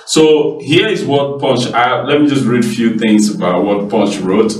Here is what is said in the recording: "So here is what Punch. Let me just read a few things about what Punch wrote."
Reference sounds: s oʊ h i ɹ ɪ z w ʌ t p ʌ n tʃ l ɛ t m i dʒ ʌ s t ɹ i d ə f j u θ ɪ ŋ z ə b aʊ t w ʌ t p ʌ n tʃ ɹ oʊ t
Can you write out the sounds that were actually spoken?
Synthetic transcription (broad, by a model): s oʊ h i ɹ ɪ z w ʌ t p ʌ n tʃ l ɛ t m i dʒ ʌ s t ɹ i d ə f j u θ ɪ ŋ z ə b aʊ t w ʌ t p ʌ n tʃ ɹ oʊ t